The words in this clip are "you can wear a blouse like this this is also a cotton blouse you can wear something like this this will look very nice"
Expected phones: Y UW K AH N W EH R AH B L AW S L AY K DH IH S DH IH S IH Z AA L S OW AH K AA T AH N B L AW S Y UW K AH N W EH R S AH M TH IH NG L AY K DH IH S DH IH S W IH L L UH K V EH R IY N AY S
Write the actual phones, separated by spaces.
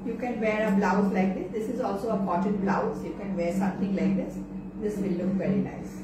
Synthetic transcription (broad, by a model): Y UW K AH N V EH R AH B L AW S L AY K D IH S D IH S IH Z AA L S OW AH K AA T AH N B L AW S Y UW K AH N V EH R S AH M T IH NG L AY K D IH S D IH S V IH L L UH K V EH R IY N AY S